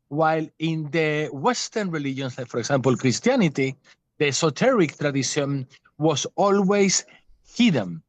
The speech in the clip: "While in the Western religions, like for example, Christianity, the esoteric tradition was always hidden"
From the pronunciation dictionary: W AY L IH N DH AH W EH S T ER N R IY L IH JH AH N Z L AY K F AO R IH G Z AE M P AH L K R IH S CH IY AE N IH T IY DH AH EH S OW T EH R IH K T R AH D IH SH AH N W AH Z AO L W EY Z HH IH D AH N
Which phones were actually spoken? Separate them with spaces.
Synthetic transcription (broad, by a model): W AY L IH N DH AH W EH S T ER N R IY L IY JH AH N S L AY K F AO R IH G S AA M P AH L K R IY S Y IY N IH T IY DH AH S OW T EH R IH K T R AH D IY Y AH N W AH S AO L W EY S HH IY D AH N